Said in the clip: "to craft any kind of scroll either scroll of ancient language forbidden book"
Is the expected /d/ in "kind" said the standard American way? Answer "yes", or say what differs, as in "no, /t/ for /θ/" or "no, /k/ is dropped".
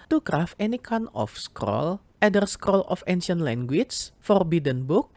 no, /d/ is dropped